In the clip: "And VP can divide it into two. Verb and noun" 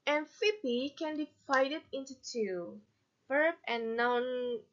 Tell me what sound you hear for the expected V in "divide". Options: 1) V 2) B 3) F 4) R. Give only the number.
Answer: 3